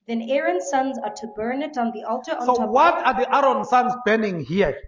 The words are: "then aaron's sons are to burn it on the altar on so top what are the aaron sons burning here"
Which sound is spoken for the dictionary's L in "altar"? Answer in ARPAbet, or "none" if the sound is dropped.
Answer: L